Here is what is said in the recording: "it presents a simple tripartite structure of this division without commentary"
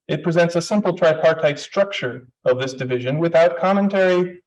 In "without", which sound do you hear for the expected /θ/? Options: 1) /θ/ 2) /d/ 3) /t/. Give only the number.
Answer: 1